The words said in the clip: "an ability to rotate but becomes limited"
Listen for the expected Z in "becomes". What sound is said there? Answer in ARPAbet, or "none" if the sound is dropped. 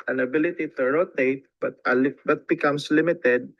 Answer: S